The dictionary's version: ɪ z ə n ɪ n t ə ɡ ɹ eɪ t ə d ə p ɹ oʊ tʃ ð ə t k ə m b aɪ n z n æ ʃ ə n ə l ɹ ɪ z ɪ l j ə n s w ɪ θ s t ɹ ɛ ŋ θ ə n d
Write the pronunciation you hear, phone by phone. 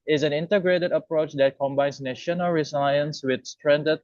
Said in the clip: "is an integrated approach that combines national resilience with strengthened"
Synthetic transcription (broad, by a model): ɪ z ə n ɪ n t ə ɡ ɹ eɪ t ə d ə p ɹ oʊ tʃ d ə t k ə m b aɪ n s n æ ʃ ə n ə l ɹ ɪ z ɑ j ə n s w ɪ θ s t ɹ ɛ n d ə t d